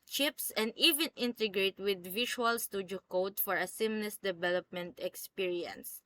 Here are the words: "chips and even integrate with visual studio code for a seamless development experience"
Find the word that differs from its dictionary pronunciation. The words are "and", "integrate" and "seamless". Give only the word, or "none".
seamless